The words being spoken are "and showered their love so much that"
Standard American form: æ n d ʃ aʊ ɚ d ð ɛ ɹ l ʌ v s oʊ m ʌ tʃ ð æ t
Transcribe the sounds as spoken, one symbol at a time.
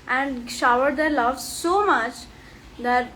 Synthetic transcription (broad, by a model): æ n d ʃ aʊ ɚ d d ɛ ɹ l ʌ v s oʊ m ʌ tʃ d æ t